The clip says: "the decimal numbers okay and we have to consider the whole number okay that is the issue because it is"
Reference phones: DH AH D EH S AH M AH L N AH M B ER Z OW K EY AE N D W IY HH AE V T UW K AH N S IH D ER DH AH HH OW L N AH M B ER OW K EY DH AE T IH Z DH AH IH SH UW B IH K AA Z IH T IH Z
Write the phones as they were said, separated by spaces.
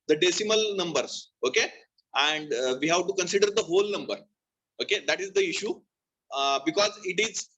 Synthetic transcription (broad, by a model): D AH D EH S AH M AH L N AH M B ER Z OW K EY AE N D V IY HH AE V T UW K AH N S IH D ER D AH HH OW L N AH M B ER OW K EY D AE T IH Z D AH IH SH UW B IH K AA Z IH T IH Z